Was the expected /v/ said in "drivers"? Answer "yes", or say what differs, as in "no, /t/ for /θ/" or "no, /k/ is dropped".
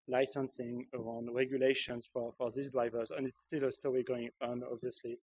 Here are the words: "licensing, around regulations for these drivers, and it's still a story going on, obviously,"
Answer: yes